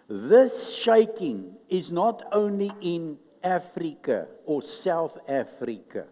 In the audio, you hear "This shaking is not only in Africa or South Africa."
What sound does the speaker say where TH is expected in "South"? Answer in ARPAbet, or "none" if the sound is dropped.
TH